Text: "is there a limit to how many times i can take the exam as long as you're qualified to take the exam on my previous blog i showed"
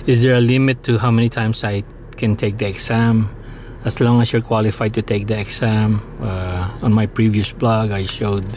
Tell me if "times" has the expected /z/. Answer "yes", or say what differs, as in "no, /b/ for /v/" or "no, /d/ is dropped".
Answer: no, /s/ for /z/